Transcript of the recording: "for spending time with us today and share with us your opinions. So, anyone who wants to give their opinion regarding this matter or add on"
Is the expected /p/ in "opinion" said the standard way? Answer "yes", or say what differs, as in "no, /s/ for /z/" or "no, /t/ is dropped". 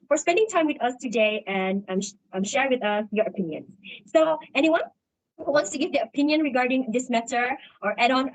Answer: yes